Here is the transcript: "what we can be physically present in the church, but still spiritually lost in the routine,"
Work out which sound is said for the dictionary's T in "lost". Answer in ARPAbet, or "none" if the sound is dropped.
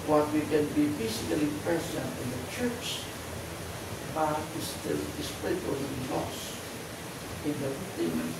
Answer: none